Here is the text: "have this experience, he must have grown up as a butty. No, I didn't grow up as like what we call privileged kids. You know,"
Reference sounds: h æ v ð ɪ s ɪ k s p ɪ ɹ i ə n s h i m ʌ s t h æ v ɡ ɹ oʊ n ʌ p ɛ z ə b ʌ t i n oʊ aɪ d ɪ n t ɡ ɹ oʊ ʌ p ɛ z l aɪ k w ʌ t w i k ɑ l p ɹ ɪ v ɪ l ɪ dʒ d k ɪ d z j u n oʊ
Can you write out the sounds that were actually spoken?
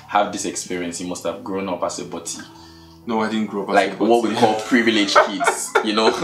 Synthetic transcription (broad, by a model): h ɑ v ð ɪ s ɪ k s p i ɹ i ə n s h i m ʌ s t h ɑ v ɡ ɹ oʊ n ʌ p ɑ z ə b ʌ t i n oʊ aɪ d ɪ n ɡ ɹ oʊ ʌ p l aɪ k w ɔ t w i k ɑ l p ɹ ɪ v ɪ l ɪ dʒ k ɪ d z j u n oʊ